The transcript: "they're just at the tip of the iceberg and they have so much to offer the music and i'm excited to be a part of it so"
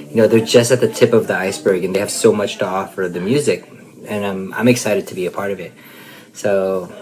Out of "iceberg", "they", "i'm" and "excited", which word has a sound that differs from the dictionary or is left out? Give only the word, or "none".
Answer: none